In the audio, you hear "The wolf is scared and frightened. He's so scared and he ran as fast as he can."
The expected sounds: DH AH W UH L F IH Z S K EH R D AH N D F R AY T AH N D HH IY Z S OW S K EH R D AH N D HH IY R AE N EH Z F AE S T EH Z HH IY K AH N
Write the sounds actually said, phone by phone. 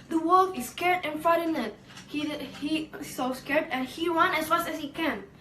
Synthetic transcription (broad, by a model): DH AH W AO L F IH S K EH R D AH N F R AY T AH N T HH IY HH S OW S K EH R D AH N HH IY W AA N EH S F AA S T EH S HH IY K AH N